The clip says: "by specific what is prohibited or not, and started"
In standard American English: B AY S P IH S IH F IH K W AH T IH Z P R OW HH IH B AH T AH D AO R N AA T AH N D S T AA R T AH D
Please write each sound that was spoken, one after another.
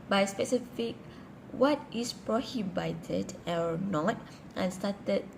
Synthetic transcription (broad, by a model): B AY S P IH S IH F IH K W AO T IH S P R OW HH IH B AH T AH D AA W N AA T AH N S T AA T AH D